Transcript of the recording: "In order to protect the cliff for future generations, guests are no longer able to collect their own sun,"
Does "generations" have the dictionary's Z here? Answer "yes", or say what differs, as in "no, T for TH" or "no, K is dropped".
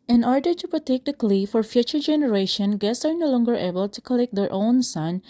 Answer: no, Z is dropped